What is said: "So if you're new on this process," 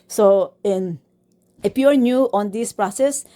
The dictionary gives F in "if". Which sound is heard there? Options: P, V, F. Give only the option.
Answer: P